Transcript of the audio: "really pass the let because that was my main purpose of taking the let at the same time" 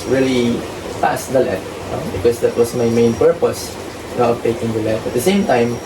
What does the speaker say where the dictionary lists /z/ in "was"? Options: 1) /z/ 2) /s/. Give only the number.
2